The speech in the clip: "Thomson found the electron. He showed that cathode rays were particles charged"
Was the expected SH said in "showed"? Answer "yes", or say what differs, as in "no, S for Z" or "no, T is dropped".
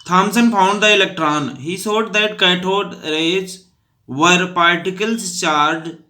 no, S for SH